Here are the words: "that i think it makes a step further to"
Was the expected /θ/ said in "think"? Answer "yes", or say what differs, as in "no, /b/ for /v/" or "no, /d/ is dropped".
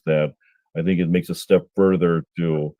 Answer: yes